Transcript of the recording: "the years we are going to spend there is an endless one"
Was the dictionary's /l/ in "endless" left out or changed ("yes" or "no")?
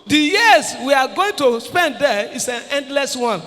no